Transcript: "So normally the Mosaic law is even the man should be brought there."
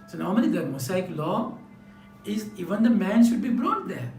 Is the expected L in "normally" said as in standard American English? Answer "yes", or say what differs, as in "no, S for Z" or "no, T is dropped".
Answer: no, N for L